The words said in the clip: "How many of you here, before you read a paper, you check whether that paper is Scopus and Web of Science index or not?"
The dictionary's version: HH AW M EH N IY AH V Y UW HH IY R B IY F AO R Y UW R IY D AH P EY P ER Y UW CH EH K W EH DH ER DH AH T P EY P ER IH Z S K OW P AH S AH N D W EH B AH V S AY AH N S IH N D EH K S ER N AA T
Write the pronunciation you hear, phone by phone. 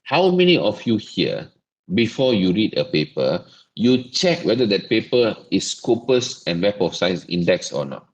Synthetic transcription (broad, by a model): HH AW M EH N IY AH F Y UW HH IY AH B IY F AO Y UW R IY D AH P EY P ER Y UW CH EH K W EH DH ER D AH T P EY P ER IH S K OW P AH S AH N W EH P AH F S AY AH S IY N D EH K S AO N AA T